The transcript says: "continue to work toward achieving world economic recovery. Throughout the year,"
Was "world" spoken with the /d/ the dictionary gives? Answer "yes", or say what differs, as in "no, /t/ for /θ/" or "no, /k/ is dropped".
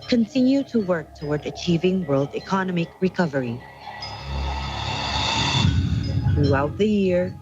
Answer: yes